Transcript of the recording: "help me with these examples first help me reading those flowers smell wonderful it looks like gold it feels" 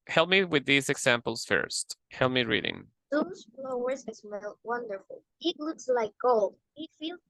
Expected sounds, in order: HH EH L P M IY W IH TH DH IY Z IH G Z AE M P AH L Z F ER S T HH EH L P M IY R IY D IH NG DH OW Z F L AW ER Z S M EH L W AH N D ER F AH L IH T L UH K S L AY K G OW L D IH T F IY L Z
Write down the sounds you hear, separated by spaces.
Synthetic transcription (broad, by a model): HH EH L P M IY W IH DH IY Z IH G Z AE M P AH L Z F ER S T HH EH L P M IY R IY D IH NG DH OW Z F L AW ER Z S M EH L W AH N D ER F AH L IH T L UH K S L AY K G OW L D IH T F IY L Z